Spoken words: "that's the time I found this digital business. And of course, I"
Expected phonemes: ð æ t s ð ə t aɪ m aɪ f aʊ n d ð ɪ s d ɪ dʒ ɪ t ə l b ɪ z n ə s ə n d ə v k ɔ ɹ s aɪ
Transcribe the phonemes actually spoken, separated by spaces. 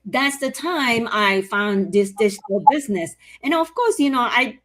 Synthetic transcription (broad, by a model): ð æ t s ð ə t aɪ m aɪ f aʊ n ð ɪ s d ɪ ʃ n l b ɪ z n ə s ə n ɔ ə v k ɔ ɹ s aɪ